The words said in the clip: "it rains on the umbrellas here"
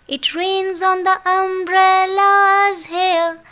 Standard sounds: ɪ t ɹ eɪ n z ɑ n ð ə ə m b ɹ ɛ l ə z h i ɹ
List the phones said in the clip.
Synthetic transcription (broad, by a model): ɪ t ɹ eɪ n z ɑ n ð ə ə m b ɹ ɛ l ə z h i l